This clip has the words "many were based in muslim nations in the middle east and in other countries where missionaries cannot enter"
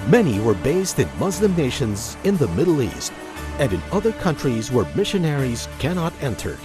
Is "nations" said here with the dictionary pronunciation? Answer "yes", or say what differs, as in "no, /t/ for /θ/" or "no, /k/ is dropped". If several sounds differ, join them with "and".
yes